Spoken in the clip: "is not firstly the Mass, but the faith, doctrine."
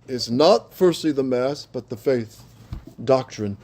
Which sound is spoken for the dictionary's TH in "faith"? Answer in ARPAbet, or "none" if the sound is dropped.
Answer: TH